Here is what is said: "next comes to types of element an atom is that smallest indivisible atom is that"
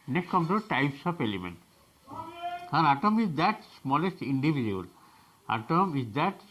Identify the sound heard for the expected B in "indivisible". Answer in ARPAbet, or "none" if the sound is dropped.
none